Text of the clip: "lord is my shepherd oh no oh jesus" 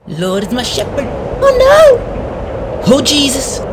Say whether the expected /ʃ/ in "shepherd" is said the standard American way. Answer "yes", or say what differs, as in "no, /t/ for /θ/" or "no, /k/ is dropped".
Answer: yes